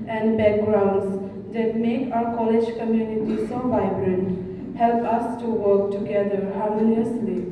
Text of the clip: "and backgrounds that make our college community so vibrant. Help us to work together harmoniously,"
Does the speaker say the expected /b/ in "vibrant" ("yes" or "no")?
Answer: yes